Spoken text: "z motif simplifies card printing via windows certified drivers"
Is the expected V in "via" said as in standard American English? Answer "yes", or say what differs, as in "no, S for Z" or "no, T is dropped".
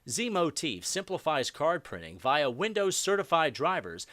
yes